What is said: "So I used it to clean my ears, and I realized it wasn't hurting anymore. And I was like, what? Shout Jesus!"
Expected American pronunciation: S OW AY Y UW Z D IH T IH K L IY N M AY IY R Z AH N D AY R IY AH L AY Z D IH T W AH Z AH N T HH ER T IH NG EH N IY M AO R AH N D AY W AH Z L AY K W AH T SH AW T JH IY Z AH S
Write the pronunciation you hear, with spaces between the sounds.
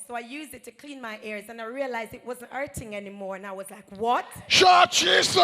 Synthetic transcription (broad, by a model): S OW AY Y UW Z D IH T IH K L IY N M AY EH R Z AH N AY R IY AH L AY Z D IH T W AH Z AH N T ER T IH NG EH N IY M AO R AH N AY W AH Z L AY K W AH T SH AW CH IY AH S